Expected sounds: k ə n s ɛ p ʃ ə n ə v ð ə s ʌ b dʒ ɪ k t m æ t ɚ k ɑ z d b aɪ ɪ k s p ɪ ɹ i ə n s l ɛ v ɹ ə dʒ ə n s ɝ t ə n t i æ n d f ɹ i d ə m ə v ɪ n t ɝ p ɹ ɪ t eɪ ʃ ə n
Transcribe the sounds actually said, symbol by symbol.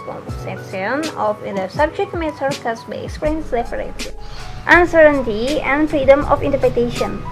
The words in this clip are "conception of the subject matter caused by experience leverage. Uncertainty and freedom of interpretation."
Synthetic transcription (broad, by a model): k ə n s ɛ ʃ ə n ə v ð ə s ʌ b dʒ ɪ k t m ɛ s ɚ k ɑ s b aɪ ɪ k s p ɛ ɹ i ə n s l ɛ p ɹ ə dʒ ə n s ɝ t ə n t i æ n d f ɹ i d ə m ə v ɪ n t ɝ p ɹ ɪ t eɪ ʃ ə n